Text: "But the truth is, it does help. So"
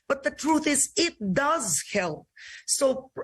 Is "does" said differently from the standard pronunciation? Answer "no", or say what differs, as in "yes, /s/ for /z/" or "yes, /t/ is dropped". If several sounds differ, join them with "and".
no